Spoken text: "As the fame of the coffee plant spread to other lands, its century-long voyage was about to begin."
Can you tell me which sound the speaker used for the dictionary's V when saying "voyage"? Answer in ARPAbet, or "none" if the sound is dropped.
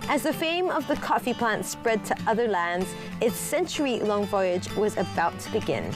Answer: V